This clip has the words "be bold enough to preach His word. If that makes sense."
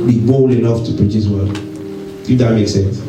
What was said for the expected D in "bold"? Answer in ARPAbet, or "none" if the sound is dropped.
none